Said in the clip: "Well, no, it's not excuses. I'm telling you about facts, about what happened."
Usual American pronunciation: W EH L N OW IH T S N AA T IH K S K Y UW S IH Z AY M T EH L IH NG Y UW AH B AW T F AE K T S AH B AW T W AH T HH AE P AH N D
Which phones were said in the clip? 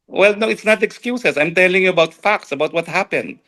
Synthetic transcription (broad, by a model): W EH L N OW IH T S N AA T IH K S K Y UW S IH S AY M T EH L IH NG Y UW AH B AW T F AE K T S AH B AW T W AH T HH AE P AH N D